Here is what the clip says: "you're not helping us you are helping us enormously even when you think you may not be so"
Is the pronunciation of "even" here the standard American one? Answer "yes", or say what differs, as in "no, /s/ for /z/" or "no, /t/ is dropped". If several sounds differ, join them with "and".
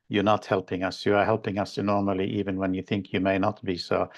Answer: yes